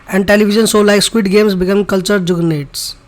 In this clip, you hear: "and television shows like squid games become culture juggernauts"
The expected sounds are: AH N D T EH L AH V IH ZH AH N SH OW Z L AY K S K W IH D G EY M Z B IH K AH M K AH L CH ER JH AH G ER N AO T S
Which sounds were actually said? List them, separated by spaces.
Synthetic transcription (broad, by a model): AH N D T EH L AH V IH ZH AH N S OW L AY K S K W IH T G EY M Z B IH K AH M K AH L CH ER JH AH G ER N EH T S